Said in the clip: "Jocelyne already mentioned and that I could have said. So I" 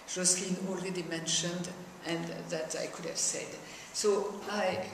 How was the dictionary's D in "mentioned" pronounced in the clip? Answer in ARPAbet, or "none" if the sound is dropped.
D